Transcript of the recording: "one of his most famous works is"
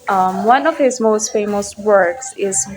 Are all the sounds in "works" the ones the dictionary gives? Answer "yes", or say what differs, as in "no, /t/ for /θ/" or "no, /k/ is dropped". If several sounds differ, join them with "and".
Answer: yes